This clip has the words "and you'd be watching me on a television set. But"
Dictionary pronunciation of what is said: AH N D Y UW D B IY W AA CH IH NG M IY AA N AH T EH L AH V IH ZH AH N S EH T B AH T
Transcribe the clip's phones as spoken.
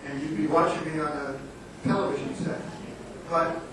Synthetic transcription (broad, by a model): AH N Y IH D B IY W AA CH IH NG M IY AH N AH T EH L AH V IH ZH AH N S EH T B AH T